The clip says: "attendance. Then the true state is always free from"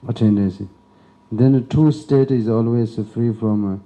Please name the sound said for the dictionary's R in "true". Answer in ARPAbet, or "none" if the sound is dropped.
none